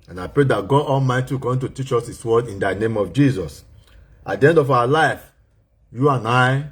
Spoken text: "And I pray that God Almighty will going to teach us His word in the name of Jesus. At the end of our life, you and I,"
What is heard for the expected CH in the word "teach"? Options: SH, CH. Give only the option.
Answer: CH